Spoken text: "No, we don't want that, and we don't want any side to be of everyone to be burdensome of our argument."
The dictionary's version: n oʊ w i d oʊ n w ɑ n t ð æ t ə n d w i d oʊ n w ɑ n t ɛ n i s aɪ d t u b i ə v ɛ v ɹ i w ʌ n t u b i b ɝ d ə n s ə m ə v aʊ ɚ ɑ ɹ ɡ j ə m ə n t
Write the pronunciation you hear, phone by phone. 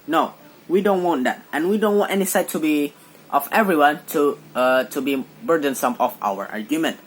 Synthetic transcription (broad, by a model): n oʊ w i d oʊ n w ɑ n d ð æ t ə n w i d oʊ n w ɑ n t ɛ n i s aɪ t u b i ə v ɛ v ɹ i w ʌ n t u b i b ɝ d ə n s ə m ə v aʊ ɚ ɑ ɹ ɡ j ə m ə n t